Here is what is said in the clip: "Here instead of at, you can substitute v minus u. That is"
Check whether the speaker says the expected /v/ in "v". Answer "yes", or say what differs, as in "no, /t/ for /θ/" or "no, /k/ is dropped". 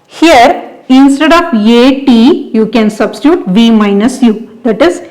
yes